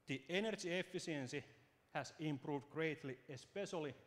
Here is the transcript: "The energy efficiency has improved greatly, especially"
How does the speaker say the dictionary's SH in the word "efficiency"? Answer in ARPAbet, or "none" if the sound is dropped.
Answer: S